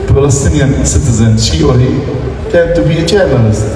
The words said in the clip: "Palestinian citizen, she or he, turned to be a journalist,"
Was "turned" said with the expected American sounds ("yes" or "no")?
no